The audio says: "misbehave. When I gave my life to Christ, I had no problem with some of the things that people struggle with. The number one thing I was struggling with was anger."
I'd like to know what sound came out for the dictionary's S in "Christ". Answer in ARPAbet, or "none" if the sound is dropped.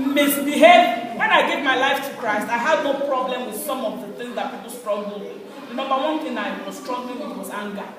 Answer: S